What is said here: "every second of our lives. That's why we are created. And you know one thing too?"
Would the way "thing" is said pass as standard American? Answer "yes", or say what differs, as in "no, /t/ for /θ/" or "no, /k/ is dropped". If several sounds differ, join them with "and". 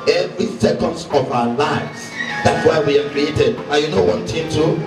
no, /t/ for /θ/